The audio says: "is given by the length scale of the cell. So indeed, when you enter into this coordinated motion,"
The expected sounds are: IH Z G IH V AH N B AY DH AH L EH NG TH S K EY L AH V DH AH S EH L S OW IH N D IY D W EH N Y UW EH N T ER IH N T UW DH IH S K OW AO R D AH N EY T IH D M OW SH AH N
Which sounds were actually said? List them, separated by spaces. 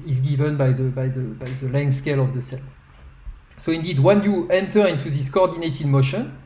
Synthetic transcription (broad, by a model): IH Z G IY V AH N B AY DH AH L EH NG S K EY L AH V DH AH S EH L S OW IH N D IY D W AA N Y UW EH N T ER IH N T UW DH IH S K OW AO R D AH N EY T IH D M OW SH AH N